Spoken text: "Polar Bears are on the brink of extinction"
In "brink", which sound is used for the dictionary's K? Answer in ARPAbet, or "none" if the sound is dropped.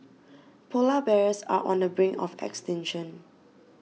none